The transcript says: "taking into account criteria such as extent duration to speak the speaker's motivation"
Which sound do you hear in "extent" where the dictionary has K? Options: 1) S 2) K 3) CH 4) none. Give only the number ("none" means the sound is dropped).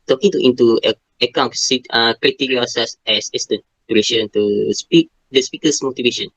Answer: 4